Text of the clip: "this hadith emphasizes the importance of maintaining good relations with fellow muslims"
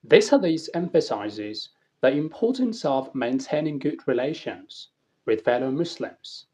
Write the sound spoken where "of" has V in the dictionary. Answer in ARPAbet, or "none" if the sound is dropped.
V